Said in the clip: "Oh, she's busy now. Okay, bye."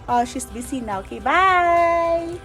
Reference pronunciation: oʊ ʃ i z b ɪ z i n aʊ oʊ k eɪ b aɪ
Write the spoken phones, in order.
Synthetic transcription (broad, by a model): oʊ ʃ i s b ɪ s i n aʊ oʊ k eɪ b aɪ